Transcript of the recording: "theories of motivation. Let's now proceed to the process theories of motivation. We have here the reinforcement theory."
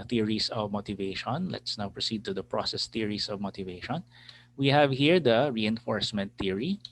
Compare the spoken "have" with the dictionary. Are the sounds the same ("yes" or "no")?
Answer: yes